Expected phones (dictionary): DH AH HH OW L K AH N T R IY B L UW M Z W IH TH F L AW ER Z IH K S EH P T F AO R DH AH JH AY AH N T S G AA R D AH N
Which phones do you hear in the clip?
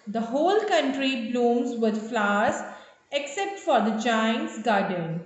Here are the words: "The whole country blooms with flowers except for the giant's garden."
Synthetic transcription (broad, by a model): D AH HH OW L K AH N T R IY B L UW M Z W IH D F L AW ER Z IH K S EH P T F AO R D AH JH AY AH N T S G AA R D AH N